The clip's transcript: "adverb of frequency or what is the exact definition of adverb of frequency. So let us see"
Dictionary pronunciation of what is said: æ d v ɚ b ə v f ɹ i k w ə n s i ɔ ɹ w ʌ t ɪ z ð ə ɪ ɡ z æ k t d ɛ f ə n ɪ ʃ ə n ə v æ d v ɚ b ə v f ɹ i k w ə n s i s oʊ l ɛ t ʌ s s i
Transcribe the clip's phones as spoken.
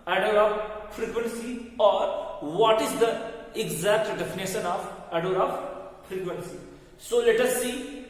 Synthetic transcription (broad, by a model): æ d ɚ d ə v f ɹ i k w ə n s i ɔ ɹ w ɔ t ɪ z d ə ɪ ɡ z æ k t d ɛ f ə n ɪ ʃ ə n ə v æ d ɚ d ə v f ɹ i k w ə n s i s oʊ l ɛ t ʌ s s i